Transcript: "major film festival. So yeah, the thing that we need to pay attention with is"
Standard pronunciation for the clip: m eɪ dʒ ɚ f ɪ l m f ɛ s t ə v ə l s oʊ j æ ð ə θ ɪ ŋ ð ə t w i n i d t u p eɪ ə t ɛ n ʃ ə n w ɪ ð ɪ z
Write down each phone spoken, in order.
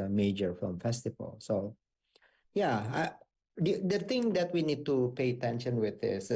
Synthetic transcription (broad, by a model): m eɪ dʒ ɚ f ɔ m f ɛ s t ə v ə l s oʊ j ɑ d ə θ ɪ ŋ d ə t w i n i d t u p eɪ ə t ɛ n ʃ ə n w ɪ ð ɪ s